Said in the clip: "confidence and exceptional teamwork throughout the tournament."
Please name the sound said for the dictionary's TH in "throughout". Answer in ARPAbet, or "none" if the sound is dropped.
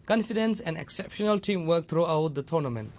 T